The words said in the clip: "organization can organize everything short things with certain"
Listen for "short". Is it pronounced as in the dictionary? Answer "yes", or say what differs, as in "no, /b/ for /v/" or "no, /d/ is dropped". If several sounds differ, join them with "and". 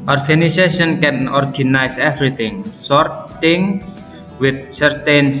no, /s/ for /ʃ/